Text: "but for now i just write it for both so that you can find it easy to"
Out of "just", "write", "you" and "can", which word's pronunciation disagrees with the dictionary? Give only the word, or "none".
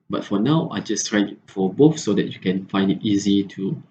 write